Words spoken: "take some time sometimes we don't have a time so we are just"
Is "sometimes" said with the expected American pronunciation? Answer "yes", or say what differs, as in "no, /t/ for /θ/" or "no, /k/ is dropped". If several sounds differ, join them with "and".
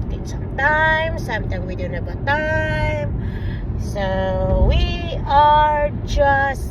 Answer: no, /z/ is dropped